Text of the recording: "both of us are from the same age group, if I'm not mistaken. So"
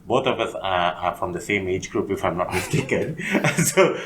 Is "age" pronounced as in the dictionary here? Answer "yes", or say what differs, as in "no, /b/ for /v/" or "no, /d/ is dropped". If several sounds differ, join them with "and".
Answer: yes